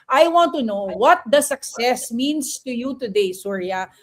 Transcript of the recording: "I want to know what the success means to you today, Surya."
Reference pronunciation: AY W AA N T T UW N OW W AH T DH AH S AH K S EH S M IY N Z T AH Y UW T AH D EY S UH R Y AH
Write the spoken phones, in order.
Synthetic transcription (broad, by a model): AY W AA N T T UW N OW W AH T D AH S AH K S EH S M IY N S T AH Y UW T AH D EY S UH R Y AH